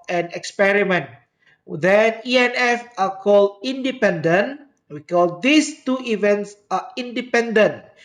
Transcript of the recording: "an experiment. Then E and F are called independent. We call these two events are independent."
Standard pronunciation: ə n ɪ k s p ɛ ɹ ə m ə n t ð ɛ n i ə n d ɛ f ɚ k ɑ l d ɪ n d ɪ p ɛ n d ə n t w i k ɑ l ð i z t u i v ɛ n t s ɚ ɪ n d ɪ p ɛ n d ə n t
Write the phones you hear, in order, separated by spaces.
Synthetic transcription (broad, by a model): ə n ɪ k s p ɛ ɹ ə m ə n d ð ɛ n i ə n ɛ f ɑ k ɑ l d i n d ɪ p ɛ n d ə n w i k ɑ l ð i s t u i v ɛ n t s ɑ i n d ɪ p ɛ n d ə n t